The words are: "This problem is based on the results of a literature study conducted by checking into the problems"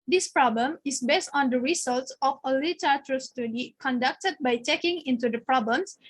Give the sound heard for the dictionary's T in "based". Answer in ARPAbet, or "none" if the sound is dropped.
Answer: T